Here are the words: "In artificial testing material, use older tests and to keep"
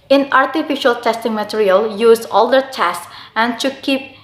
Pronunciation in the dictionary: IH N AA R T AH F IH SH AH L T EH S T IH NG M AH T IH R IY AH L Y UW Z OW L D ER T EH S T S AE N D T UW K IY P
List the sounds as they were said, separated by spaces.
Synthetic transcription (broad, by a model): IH N AA R T AH F IH SH AH L T EH S T IH NG M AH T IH R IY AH L Y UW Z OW L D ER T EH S S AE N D T UW K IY P